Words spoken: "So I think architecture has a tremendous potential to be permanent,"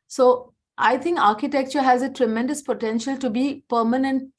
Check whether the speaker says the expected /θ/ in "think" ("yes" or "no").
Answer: no